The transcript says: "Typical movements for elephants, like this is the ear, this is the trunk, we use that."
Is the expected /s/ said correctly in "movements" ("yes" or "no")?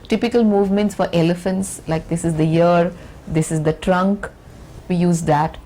yes